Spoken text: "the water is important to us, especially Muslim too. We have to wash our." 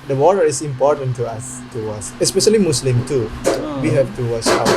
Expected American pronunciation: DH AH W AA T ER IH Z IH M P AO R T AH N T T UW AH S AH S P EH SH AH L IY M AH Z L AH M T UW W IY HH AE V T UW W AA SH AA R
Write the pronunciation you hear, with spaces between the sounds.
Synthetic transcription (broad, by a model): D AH W AA T ER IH S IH M P AO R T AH N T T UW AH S AH S P EH SH AH L IY M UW S L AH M T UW W IY HH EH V T UW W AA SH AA